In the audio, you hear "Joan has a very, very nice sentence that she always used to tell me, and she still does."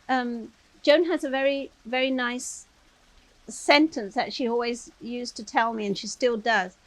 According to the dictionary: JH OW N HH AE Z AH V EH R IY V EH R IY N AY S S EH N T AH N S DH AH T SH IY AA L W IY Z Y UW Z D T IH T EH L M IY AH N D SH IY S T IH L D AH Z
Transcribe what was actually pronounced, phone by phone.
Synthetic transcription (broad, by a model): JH OW N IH Z AH V EH R IY V EH R IY N AY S S EH N T AH N S DH AH T SH IY AA L W IY Z Y UW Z T IH T EH L M IY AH N SH IY S T IH L D AH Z